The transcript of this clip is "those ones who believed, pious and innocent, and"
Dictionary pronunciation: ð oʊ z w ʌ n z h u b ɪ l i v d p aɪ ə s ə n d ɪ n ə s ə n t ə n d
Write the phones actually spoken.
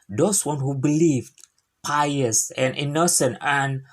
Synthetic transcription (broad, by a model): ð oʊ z w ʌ n h u b ɪ l i v d p aɪ ə s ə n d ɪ n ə s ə n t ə n